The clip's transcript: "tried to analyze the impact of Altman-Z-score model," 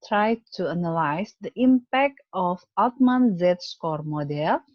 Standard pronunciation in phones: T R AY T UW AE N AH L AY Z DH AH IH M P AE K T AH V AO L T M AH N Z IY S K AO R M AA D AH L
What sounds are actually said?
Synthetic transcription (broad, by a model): T R AY T UW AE N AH L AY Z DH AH IH M P AE K T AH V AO T M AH N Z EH S K AO R M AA D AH L